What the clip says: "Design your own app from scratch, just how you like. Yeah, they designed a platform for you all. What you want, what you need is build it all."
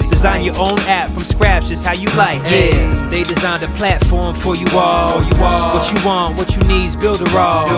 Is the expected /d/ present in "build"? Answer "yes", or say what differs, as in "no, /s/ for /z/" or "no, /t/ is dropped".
yes